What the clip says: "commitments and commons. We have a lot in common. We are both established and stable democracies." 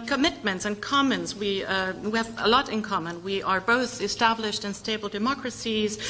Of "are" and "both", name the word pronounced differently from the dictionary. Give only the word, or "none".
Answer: none